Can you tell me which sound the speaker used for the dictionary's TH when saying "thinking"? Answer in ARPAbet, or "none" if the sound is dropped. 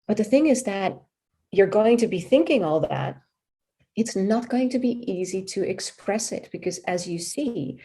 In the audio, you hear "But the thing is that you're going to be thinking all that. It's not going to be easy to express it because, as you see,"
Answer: TH